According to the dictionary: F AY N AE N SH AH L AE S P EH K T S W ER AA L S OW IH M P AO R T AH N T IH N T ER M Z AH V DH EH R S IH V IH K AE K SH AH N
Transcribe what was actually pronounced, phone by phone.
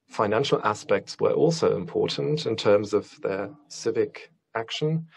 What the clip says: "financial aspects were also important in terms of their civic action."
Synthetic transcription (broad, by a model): F AY N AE N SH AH L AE S P EH K T S W ER AA L S OW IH M P AO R T N T IH N T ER M Z AH V DH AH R S IH V IH K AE K SH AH N